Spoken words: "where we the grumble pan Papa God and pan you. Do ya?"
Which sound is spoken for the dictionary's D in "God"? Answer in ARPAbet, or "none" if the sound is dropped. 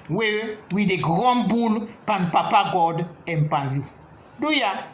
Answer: D